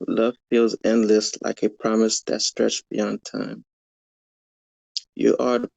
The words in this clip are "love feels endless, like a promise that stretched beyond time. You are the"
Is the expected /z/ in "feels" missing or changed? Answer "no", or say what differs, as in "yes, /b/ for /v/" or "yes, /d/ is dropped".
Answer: no